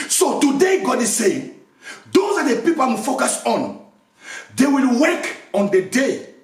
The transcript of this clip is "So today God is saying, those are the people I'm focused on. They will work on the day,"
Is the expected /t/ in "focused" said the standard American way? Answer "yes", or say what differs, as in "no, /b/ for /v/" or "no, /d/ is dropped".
no, /t/ is dropped